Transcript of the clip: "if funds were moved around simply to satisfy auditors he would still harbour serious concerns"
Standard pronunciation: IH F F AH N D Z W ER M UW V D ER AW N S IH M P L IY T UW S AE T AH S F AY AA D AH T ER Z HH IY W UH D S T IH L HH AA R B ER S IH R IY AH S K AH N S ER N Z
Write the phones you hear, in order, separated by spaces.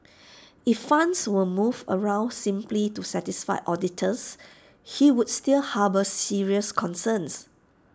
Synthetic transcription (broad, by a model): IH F F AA N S W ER M UW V ER AW N S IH M P L IY T UW S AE T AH S F AY AA D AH T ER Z HH IY W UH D S T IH L HH AA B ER S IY R IY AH S K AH N S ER N S